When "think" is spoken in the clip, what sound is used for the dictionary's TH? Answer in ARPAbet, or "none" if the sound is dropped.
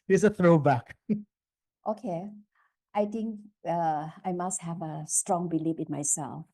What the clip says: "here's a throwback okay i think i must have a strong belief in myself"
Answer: T